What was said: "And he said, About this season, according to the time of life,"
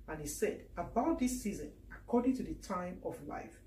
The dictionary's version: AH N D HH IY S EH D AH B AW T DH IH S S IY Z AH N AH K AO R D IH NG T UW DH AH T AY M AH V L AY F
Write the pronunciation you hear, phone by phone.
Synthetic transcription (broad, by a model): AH N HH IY S EH D AH B AW T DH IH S S IY Z AH N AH K AO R D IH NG T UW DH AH T AY M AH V L AY F